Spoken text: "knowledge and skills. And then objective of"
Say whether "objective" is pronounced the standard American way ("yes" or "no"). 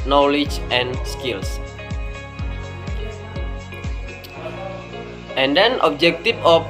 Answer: no